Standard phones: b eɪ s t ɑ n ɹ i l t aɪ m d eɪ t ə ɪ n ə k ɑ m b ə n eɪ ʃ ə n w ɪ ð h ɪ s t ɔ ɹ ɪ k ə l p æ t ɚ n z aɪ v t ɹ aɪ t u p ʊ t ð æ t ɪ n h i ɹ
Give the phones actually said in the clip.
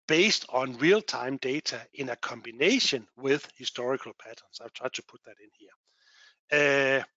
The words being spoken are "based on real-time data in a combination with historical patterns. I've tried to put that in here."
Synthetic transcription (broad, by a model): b eɪ s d ɑ n ɹ i l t aɪ m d eɪ s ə ɪ n ə k ɑ m b ə n eɪ ʃ ə n w ɪ ð h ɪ s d ɔ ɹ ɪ k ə l p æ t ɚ n s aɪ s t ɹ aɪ s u p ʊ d ð æ t ɪ n h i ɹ